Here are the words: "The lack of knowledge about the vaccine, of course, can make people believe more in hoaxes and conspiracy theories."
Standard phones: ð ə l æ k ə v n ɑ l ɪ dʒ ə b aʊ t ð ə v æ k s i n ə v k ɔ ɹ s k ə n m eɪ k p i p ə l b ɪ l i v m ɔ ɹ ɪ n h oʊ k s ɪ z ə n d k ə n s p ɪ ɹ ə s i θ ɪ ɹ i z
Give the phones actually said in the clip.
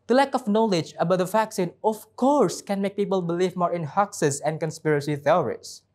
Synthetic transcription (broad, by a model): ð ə l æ k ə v n ɑ l ɪ dʒ ə b aʊ t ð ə f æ k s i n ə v k ɔ ɹ s k ə n m eɪ k p i p ə l b ɪ l i v m ɔ ɹ ɪ n h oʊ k s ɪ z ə n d k ə n s p ɪ ɹ ə s i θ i ɹ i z